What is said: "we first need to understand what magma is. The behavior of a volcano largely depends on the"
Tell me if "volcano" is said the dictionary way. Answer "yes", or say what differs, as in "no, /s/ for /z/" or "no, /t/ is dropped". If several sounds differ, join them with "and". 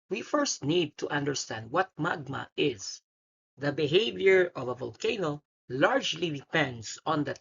yes